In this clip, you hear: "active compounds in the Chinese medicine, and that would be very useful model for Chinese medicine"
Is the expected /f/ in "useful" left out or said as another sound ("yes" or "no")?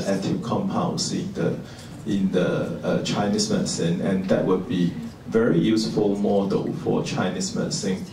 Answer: no